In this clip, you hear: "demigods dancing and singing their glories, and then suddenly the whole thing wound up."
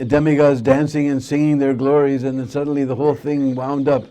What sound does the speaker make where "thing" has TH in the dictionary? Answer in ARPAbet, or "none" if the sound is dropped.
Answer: TH